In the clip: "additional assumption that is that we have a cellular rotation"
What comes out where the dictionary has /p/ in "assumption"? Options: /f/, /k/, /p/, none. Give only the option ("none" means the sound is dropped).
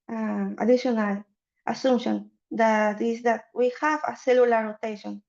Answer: none